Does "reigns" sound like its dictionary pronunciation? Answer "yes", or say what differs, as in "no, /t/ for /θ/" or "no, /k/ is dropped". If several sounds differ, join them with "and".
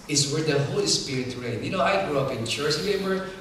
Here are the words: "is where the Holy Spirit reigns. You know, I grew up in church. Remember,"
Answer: no, /z/ is dropped